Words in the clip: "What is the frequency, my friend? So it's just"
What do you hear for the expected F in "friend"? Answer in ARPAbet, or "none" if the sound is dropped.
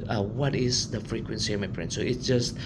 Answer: P